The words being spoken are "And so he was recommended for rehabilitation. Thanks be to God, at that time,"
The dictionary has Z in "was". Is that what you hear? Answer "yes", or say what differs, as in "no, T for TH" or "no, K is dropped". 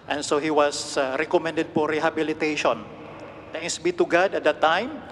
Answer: no, S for Z